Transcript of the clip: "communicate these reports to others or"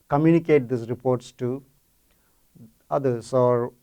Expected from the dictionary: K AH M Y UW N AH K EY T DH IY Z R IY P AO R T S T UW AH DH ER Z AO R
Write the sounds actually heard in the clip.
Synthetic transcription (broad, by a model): K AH M Y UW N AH K EY T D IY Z R IY P AO R T S T UW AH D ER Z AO R